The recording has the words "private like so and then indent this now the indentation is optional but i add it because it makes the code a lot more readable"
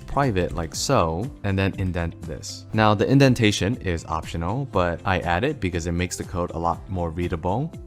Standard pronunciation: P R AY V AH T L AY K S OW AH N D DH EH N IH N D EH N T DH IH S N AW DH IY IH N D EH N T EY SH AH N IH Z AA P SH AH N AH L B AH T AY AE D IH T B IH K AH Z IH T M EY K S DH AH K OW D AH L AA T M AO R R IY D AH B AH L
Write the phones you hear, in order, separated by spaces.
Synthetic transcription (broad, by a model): P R AY V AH T L AY K S OW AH N DH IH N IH N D EH N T DH IH S N AW DH IY IH N D EH N T EY SH AH N IH Z AA P SH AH N L B AH T AY AE D IH T B IH K AH Z IH T M EY K S DH AH K OW D AH L AA T M AO R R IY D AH B L